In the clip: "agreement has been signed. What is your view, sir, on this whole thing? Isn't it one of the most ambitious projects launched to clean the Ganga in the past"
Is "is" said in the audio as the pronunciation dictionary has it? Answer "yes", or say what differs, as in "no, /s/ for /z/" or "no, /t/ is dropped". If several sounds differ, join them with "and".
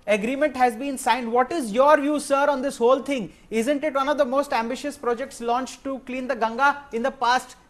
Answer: yes